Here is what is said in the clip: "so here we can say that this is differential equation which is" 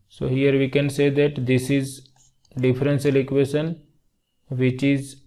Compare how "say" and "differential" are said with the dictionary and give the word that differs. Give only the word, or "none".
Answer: differential